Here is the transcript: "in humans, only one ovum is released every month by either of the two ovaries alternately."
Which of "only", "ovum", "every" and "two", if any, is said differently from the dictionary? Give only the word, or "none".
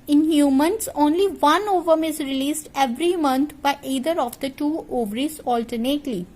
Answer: none